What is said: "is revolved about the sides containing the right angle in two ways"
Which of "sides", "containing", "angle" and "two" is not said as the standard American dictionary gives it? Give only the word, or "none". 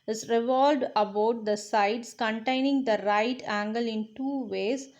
sides